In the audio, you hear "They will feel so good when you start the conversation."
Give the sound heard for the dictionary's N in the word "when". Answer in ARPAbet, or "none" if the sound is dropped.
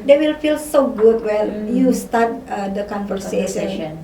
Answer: L